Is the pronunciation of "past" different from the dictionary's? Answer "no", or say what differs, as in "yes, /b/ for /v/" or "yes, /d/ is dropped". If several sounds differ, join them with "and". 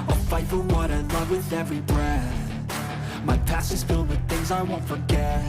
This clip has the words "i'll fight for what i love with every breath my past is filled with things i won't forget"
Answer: yes, /t/ is dropped